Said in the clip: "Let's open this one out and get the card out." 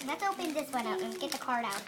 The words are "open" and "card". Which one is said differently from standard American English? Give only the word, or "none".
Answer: none